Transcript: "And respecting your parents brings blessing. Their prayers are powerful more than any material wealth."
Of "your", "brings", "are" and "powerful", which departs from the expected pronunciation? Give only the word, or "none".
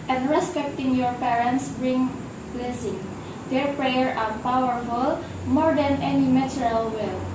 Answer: brings